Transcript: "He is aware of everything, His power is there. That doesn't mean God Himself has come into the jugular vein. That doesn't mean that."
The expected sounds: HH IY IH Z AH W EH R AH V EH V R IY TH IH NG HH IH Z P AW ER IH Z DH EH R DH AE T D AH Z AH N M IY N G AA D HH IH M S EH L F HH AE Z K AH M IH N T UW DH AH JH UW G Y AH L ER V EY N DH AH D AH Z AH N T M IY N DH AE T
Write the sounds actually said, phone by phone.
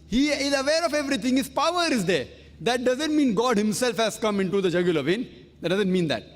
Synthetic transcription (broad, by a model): HH IY IH Z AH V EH R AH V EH V R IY T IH NG HH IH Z P AW ER IH Z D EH R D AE T D AH Z AH N M IY N G AA D HH IH M S EH L F HH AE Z K AH M IH N T UW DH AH JH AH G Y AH L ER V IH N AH D AH Z AH N T M IY N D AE T